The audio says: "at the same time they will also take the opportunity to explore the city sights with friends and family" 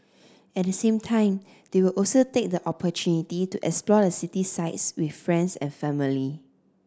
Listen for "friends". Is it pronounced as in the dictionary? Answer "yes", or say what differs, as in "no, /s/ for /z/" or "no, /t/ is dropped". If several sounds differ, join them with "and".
no, /s/ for /z/